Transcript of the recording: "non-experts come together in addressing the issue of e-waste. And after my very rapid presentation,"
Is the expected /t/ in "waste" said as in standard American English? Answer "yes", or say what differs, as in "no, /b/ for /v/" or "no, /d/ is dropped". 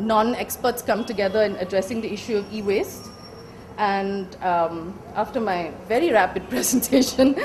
yes